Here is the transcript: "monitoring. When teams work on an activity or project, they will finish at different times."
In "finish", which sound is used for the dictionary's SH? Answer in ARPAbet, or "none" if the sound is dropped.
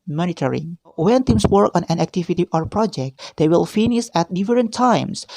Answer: S